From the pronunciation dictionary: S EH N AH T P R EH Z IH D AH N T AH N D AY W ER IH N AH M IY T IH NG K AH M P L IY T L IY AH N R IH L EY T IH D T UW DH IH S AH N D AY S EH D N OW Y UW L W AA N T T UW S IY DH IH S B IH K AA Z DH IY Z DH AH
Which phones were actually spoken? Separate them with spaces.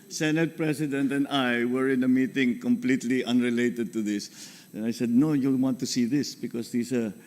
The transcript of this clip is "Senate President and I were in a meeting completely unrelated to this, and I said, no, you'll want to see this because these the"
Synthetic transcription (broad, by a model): S EH N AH T P R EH S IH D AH N T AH N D AY W ER IH N AH M IY T IH NG K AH M P L IY T L IY AH N R IH L EY T IH D T UW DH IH S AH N AY S EH D N OW Y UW W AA N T T UW S IY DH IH S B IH K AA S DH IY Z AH